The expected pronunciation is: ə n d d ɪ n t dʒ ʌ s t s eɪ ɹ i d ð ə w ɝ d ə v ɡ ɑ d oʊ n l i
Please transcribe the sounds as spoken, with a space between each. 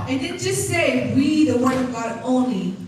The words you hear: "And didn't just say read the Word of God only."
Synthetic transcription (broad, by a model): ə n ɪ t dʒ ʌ s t s eɪ w i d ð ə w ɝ ə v ɡ ɑ d oʊ n l i